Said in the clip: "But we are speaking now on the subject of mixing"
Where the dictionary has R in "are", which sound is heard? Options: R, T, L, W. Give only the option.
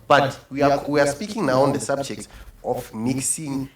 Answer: W